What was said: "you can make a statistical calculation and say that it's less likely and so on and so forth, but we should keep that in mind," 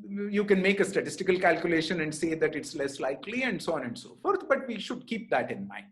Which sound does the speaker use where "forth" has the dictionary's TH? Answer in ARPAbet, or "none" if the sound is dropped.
T